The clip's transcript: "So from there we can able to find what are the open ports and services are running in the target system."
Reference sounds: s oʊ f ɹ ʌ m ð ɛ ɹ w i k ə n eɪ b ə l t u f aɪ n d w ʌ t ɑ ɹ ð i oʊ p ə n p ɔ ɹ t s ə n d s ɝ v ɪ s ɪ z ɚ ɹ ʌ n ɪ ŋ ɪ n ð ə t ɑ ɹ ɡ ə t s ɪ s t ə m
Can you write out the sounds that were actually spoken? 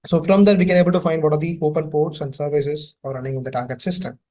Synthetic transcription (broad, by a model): s oʊ f ɹ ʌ m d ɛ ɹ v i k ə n eɪ b ə l t u f aɪ n d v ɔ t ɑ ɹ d i oʊ p ə n p ɔ ɹ t s ə n d s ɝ v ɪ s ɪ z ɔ ɹ ʌ n ɪ ŋ ɪ n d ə t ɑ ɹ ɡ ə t s ɪ s t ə m